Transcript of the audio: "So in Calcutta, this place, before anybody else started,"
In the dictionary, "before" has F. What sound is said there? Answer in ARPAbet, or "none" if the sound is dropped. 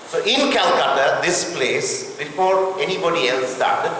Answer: P